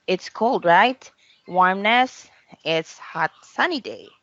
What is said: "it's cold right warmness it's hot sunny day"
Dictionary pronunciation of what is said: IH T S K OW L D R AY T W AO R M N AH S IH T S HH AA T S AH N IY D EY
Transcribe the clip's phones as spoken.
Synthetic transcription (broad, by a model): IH T S K OW L D R AY T W AO R M N AH S IH T S HH AA T S AH N IY D EY